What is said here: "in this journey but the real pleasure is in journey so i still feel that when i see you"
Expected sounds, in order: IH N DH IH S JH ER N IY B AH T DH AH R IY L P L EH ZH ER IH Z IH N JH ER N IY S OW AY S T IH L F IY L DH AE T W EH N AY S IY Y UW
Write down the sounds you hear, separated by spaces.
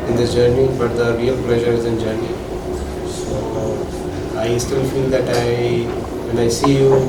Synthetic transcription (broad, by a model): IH N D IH JH ER N IY B AH T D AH R IY L P L EH ZH ER IH Z IH N JH ER N IY S OW AY S T IH L F IY L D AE T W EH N AY S IY Y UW